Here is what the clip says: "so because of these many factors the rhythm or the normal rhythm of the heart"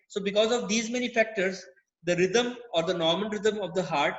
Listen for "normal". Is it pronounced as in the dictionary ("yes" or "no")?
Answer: no